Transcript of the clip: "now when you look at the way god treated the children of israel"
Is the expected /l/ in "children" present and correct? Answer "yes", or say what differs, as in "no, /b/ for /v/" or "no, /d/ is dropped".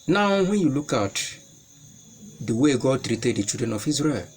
no, /l/ is dropped